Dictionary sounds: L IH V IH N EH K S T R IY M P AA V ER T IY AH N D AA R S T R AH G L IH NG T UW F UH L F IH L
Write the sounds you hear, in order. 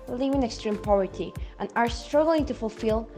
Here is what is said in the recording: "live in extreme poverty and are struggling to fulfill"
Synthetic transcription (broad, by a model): L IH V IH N EH K S T R IY M P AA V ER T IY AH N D AA R S T R AH G L IH NG T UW F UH L F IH L